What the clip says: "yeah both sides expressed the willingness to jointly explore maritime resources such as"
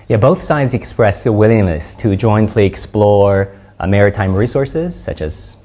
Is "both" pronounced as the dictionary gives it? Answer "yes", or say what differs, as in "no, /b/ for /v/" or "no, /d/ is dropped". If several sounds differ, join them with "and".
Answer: yes